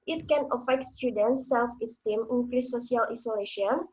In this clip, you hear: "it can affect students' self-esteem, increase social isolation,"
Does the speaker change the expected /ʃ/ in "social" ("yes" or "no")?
yes